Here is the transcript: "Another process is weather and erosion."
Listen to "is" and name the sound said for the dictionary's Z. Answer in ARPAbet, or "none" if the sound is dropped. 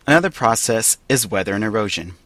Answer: Z